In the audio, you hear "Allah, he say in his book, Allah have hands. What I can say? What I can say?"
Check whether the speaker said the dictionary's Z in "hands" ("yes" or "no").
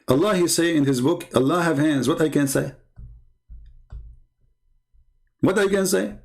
yes